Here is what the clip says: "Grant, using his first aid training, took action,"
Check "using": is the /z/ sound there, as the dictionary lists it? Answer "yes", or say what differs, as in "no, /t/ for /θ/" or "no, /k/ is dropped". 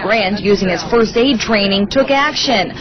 yes